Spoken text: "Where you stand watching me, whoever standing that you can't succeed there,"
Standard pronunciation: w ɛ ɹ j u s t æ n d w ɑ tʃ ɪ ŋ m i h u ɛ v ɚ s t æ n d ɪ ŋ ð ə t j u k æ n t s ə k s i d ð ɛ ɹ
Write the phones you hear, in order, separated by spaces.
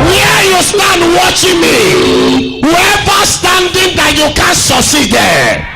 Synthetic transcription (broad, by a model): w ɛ j u s t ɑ n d w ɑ tʃ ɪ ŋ m i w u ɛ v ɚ s t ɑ n d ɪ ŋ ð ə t j u k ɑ n s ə s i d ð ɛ